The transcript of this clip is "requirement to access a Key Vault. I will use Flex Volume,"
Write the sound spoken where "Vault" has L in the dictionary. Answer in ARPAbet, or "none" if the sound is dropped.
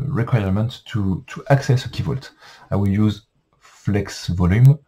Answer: L